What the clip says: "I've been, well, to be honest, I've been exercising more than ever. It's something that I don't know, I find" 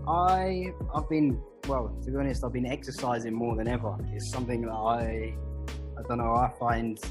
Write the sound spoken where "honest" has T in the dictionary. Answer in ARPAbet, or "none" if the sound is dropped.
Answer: T